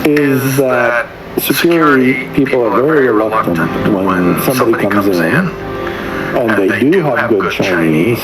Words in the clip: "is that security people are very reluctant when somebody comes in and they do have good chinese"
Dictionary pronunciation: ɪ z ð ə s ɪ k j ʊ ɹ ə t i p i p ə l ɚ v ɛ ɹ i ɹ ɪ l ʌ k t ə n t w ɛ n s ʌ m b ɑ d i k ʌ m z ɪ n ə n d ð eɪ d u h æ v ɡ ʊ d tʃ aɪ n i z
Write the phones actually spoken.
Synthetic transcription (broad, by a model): ɪ z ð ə s ɪ k j ʊ ɹ ə t i p i p l ɚ v ɛ ɹ i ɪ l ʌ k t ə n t w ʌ n s ʌ m b ɑ d i k ʌ m z ɪ n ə n ð eɪ d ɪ h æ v ɡ ʊ d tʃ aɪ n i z